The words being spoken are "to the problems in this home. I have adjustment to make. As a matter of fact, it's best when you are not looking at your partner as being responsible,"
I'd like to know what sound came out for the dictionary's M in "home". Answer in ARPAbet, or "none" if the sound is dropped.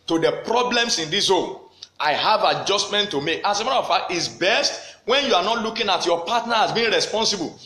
none